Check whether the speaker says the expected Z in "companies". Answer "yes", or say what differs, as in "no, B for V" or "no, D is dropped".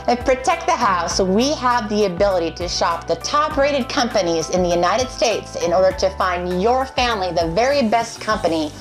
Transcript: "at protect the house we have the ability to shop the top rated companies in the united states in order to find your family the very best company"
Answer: yes